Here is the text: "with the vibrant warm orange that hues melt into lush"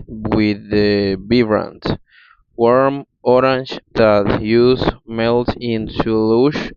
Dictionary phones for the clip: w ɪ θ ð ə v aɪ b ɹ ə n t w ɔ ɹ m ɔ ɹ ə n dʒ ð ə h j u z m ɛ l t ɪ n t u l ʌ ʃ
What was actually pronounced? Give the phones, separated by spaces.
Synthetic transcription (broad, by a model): w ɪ ð ə b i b ɹ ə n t w ɔ ɹ m ɔ ɹ ə n dʒ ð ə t j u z m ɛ l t ɪ n t u l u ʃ